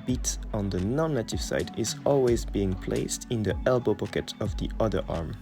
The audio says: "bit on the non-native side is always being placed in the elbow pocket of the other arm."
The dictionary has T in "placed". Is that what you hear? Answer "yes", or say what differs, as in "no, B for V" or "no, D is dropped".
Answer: yes